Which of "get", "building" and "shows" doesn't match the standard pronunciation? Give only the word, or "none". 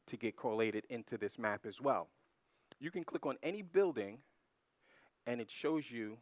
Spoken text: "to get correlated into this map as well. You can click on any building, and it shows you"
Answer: none